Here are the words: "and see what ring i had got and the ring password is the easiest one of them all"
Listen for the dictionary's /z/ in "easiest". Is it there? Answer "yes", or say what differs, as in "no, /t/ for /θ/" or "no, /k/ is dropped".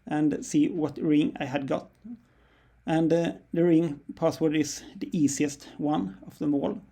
no, /s/ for /z/